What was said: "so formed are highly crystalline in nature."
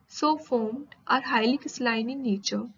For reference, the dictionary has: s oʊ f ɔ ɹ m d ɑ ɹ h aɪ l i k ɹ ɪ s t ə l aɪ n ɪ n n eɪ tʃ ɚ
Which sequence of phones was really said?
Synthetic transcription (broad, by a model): s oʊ f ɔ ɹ m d ɑ ɹ h aɪ l i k ɪ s l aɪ n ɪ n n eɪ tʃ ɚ